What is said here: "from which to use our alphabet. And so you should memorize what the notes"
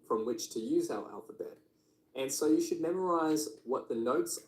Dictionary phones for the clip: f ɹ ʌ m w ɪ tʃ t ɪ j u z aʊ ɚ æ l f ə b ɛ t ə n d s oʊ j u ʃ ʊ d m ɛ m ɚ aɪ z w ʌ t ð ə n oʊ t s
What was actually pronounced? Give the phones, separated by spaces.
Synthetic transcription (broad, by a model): f ɹ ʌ m w ɪ tʃ t ɪ j u z aʊ ɚ æ l f ə b ɛ t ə n s oʊ j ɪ ʃ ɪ d m ɛ m ɚ aɪ z w ʌ t ð ə n oʊ t s